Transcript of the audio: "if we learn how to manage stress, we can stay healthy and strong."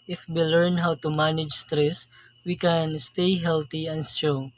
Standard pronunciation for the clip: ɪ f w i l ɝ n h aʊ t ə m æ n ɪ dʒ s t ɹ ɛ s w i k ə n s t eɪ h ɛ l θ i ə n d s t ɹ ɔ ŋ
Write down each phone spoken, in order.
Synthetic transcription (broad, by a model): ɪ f w i l ɝ n h aʊ t ə m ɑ n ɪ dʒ s t ɹ ɛ s w i k ə n s t eɪ h ɛ l t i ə n s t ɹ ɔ